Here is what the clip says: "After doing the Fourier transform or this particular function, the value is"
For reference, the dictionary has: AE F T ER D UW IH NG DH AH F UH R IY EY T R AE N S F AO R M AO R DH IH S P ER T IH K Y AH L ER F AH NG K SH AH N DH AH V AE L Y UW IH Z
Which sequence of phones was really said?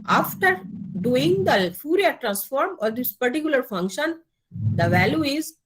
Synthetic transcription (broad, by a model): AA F T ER D UW IH NG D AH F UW R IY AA T R AE N S F AO R M AO R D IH S P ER T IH K Y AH L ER F AH NG K SH AH N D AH V AE L Y UW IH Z